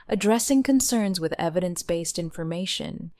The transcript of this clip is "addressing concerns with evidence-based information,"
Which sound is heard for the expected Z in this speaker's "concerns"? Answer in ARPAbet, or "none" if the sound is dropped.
Z